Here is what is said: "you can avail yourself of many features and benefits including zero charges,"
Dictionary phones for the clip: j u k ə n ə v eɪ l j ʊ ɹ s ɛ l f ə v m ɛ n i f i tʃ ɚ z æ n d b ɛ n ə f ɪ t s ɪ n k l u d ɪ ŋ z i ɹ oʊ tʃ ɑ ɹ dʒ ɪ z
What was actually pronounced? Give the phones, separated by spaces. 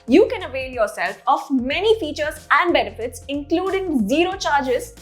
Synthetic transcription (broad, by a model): j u k ə n ə v eɪ l j ʊ ɹ s ɛ l f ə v m ɛ n i f i tʃ ɚ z æ n d b ɛ n ə f ɪ t s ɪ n k l u d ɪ ŋ z i ɹ oʊ tʃ ɑ ɹ dʒ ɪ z